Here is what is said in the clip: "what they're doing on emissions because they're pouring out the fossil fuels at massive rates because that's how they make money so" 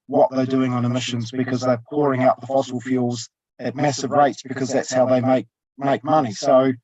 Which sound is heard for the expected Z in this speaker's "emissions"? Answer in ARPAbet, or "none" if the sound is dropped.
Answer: Z